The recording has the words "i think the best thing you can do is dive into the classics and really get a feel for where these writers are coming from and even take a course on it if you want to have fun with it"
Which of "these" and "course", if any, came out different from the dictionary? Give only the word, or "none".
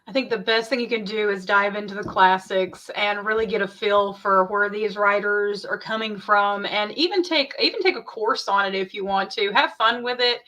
none